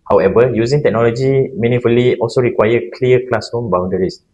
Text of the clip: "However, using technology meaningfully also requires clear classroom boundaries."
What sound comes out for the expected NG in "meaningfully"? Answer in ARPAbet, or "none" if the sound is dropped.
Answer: none